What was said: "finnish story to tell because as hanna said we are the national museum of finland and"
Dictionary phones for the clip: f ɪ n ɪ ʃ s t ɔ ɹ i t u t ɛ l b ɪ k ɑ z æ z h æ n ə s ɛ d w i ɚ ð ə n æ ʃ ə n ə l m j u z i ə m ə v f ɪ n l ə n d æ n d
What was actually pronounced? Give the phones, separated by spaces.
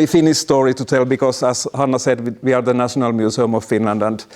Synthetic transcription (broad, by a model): f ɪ n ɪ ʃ s t ɔ ɹ i t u t ɛ l b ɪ k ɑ s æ s h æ n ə s ɛ d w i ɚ ð ə n æ ʃ ə n ə l m j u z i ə m ə v f ɪ n l ə n d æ n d